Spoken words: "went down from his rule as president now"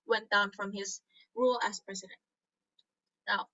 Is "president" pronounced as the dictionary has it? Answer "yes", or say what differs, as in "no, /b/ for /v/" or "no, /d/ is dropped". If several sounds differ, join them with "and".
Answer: yes